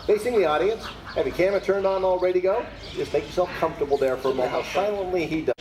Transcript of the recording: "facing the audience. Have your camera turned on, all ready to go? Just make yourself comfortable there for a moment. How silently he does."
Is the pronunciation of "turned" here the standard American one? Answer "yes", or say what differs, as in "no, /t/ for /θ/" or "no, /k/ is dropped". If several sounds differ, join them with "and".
yes